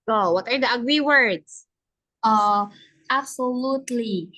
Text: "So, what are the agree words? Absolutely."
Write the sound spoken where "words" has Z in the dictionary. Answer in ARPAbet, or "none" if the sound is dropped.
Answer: S